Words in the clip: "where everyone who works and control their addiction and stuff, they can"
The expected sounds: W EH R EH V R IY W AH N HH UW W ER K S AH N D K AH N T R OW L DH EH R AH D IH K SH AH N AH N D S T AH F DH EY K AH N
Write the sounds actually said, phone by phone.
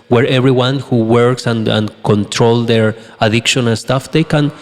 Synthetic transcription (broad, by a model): W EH R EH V R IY W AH N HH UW W ER K S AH N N K AH N T R OW L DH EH R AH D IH K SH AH N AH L S T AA F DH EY K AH N